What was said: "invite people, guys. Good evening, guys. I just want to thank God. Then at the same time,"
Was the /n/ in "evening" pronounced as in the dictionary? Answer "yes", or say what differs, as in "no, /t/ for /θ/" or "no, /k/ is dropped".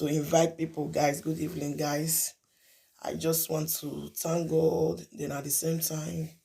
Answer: no, /l/ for /n/